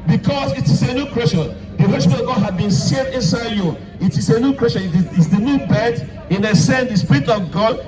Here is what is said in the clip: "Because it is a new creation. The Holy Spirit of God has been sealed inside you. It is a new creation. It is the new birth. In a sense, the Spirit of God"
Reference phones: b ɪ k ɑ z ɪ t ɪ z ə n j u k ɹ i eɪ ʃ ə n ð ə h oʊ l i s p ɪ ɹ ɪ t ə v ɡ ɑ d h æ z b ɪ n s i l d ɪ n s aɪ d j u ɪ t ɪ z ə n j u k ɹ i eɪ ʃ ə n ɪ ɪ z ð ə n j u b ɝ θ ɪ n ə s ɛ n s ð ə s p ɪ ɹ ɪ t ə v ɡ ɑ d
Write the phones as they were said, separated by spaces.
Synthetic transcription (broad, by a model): b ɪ k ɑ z ɪ t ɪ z ə n j u k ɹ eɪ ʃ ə n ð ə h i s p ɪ ə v ɡ ɑ d h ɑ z b ɪ n s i d ɪ n s aɪ d j u ɪ t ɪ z ə n j u k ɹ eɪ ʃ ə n ɪ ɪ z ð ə n j u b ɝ t ɪ n ə s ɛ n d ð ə s p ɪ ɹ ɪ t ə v ɡ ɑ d